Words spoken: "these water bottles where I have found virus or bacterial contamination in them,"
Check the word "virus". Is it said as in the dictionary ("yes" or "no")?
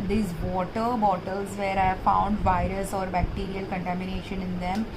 yes